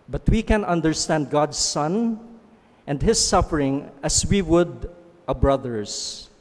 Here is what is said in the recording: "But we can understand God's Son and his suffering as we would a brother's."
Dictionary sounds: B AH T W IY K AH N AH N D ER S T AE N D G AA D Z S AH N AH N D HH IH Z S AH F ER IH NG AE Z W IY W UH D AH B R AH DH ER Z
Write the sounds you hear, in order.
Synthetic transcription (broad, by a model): B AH T W IY K AH N AH N D ER S T AE N D G AA D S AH N AH N D HH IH S AH F ER IH NG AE S W IY W UH D AH B R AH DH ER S